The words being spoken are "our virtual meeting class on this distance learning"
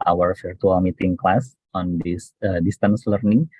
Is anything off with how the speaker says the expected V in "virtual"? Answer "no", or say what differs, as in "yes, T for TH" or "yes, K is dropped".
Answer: yes, F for V